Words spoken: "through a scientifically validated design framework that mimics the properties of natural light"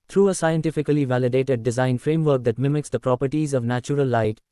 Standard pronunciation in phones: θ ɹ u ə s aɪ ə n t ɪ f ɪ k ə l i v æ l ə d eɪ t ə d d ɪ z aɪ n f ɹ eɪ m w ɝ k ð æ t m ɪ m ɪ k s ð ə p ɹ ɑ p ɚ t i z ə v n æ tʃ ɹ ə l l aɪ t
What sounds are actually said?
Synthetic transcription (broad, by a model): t ɹ u ə s aɪ ə n t ɪ f ɪ k ə l i v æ l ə d eɪ t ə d d ɪ z aɪ n f ɹ eɪ m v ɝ k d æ t m ɪ m ɪ k s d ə p ɹ ɑ p ɚ t i z ə v n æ tʃ ɹ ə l l aɪ t